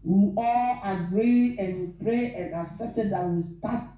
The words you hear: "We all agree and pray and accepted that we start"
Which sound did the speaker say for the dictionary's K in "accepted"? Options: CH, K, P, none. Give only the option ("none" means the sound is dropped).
none